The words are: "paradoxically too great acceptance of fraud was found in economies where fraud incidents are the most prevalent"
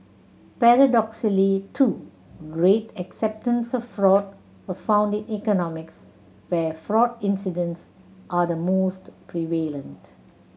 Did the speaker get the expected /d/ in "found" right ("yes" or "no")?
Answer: yes